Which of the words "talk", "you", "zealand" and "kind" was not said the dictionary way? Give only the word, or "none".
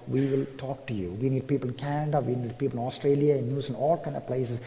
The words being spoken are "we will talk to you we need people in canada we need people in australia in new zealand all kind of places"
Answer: zealand